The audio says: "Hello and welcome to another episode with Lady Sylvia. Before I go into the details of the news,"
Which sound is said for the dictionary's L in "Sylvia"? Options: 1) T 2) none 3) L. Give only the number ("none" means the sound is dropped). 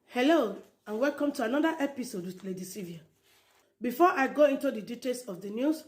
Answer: 2